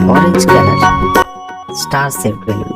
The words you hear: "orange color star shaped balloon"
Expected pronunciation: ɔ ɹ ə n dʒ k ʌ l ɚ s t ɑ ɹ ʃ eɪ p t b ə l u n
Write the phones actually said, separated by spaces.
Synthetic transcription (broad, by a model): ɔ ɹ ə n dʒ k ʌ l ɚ s t ɑ ɹ s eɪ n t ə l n